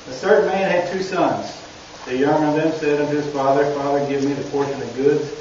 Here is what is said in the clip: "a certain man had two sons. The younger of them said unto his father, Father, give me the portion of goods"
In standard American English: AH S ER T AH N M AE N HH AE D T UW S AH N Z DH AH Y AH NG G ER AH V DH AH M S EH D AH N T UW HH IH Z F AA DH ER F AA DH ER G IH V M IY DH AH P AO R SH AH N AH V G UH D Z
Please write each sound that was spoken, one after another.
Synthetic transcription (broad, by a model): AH TH ER T N M AE N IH D T UW S AH N Z DH AH Y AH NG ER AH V DH AH M S EH D AH N T UW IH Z F AA DH ER F AA DH ER G IH V M IY DH AH P AO R SH AH N AH V G UH D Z